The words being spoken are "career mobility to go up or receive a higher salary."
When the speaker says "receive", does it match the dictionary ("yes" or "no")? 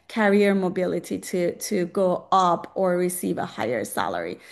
yes